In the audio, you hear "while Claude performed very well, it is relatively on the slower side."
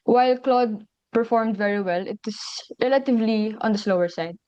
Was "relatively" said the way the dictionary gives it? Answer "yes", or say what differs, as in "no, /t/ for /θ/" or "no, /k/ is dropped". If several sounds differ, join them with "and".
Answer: yes